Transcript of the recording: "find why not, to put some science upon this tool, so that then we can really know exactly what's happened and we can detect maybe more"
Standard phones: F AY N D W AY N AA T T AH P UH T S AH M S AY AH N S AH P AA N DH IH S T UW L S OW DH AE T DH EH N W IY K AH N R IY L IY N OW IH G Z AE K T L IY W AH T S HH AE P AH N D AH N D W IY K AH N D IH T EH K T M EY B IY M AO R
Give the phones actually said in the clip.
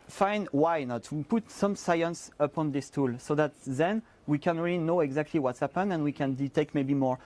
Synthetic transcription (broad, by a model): F AY N W AY N AA T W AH P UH T S AH M S AY AH N S AH P AA N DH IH S T UW L S OW DH AE T DH EH N W IY K AH N R IY L IY N OW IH G Z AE K T L IY W AH T S HH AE P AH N AH N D W IY K AH N D IH T EH K T M EY B IY M AO R